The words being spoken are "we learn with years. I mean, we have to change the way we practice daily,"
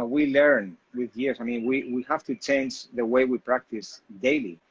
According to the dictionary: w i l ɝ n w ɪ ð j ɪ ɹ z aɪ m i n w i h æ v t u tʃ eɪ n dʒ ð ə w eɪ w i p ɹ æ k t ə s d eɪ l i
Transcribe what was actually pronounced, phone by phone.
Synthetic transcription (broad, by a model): w i l ɝ n w ɪ ð j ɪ ɹ s aɪ m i n w i h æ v t u tʃ eɪ n dʒ ð ə w eɪ w i p ɹ æ k t ə s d eɪ l i